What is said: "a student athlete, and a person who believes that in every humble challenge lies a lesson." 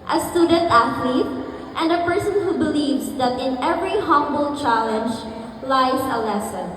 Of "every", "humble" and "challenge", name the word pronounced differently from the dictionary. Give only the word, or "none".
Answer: none